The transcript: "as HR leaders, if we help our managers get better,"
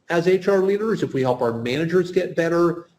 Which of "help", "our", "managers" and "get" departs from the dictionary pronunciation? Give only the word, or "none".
none